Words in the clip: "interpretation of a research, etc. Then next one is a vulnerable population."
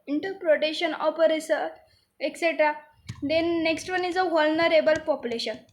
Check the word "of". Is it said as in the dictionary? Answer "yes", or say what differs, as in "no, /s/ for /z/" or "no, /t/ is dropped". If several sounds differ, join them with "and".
no, /p/ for /v/